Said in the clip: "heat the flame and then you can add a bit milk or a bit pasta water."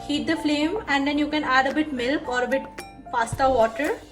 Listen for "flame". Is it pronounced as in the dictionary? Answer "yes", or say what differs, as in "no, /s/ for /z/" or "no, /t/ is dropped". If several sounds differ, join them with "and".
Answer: yes